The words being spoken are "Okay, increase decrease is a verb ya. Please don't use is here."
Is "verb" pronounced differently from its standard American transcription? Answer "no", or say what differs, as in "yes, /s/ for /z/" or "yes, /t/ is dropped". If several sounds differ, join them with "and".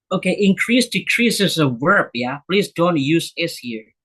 yes, /w/ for /v/